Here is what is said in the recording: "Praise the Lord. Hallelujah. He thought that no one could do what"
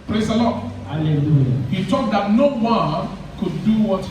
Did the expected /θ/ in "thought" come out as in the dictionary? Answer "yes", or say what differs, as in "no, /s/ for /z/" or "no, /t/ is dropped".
no, /t/ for /θ/